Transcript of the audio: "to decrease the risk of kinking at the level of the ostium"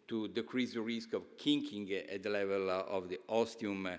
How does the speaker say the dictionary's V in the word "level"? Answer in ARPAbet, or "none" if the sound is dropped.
V